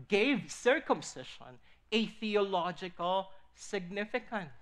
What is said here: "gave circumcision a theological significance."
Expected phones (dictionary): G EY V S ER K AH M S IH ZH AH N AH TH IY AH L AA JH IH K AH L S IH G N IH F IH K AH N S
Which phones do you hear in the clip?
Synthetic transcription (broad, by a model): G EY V S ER K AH M S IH SH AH N AH TH IY AH L AA JH IH K AH L S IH G N IH F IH K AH N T